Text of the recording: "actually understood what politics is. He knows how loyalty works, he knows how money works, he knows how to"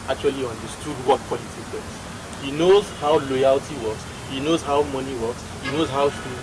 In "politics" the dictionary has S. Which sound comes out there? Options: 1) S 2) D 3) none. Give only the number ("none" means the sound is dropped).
3